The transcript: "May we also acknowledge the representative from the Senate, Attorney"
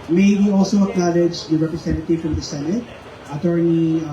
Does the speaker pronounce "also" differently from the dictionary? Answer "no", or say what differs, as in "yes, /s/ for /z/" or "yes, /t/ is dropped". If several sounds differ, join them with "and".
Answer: no